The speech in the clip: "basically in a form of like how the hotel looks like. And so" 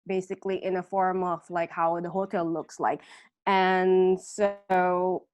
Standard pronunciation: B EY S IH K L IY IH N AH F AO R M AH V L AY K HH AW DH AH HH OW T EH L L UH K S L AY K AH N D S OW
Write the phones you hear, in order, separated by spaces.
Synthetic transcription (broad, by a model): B EY S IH K L IY IH N AH F AO R M AH V L AY K HH AW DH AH HH OW T EH L L UH K S L AY K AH N S OW